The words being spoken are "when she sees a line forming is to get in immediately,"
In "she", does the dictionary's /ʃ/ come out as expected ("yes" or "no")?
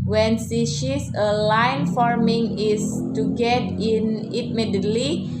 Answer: no